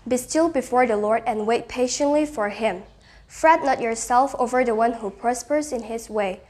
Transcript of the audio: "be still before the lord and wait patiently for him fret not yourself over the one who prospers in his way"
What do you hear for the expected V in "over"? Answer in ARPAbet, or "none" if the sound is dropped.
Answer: V